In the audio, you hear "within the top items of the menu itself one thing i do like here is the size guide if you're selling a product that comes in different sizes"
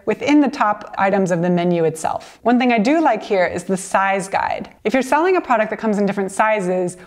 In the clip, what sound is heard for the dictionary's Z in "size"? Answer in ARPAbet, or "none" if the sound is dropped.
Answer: Z